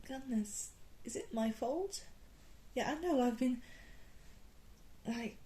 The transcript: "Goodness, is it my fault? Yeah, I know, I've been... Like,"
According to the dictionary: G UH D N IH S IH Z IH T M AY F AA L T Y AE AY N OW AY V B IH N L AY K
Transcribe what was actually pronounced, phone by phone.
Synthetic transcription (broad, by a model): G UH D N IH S IH Z IH T M AY F AA L T Y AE AY N OW AY V B IH N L AY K